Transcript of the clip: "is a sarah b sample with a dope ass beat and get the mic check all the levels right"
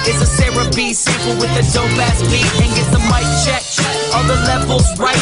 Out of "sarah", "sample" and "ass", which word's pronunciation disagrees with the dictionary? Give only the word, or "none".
sample